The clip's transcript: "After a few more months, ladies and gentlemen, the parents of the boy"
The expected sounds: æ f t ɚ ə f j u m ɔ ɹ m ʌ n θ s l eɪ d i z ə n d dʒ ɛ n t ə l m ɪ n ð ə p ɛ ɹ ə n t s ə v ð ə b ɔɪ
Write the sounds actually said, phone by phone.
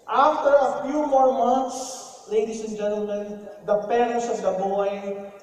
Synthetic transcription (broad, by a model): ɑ f t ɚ ə f j u m ɔ ɹ m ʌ n t s l eɪ d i s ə n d dʒ ɛ n t ə l m ɪ n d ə p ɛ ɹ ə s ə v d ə b ɔɪ